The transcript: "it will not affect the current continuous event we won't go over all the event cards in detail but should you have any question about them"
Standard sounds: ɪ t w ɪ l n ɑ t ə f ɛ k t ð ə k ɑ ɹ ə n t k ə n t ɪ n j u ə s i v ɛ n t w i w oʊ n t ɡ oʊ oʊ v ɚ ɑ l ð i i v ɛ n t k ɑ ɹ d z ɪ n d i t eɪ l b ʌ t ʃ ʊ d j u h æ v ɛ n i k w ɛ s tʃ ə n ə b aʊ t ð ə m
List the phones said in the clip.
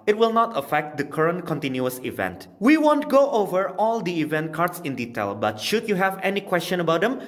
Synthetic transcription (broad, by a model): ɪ t w ɪ l n ɑ t ə f ɛ k t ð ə k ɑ ɹ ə n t k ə n t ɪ n j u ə s i v ɛ n t w i w oʊ n t ɡ oʊ oʊ v ɚ ɑ l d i i v ɛ n t k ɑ ɹ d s ɪ n d i t eɪ l b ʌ t ʃ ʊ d j u h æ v ɛ n i k w ɛ s tʃ ə n ə b aʊ t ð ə m